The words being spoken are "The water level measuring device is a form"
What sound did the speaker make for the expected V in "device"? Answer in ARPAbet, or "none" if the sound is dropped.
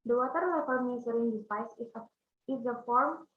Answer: P